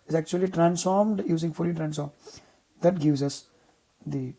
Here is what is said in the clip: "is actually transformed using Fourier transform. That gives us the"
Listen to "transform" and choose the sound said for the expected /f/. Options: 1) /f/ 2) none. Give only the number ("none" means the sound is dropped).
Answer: 2